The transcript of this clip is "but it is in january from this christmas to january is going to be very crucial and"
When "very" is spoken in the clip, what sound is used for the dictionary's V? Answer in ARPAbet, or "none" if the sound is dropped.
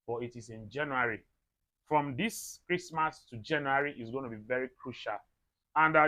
V